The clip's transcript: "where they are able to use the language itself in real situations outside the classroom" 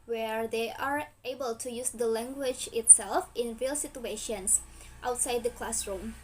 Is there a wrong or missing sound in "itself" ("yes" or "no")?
no